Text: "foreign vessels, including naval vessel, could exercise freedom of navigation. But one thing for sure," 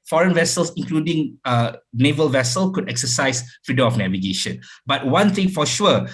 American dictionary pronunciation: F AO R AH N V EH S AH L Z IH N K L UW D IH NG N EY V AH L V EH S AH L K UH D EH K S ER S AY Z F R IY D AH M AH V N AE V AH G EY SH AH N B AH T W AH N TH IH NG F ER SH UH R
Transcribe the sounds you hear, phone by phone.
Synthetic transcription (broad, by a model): F AO R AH N V EH S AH L S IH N K L UW D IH NG N EY V AH L V EH S AH L K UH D EH K S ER S AY S F R IY D AH M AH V N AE V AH G EY SH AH N B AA T W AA N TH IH NG F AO SH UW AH